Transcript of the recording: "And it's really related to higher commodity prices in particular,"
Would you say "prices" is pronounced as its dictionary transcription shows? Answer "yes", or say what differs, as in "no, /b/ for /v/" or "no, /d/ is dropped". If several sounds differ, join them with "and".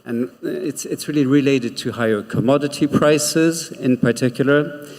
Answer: yes